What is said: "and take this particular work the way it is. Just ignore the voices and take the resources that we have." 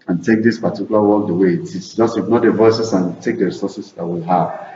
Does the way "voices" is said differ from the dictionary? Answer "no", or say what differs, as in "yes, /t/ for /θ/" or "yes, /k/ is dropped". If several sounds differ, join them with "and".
yes, /s/ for /z/